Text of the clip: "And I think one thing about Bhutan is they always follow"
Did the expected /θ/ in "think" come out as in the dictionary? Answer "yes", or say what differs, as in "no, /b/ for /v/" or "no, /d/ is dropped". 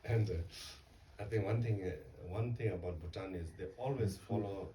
no, /t/ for /θ/